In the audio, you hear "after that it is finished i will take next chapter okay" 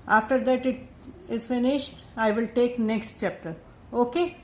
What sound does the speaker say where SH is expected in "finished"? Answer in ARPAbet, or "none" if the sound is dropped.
SH